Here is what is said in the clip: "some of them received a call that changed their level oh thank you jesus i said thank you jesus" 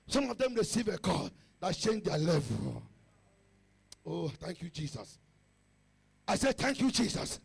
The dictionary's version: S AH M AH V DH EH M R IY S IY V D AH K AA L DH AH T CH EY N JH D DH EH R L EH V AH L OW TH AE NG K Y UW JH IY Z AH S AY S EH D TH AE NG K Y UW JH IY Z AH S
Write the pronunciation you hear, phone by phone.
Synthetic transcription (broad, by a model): S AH M AH V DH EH M R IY S IY V AH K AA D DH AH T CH EY N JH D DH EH L EH V AH L OW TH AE NG K Y UW JH IY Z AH S AY S EH D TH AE NG K Y UW JH IY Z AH S